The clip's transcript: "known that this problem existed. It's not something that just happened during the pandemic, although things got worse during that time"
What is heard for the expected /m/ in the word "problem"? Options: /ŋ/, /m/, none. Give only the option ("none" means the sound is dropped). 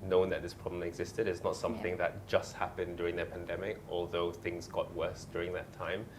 none